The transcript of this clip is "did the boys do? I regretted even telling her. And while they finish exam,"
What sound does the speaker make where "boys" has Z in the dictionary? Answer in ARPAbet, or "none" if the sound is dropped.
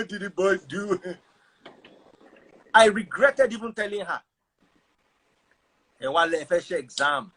none